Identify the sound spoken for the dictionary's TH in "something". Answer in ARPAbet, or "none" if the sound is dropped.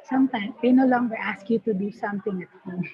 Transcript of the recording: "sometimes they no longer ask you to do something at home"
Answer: T